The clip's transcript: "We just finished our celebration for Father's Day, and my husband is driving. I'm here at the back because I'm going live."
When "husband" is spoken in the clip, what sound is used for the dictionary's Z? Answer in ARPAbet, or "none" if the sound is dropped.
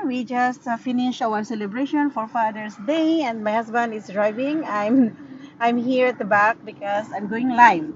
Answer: S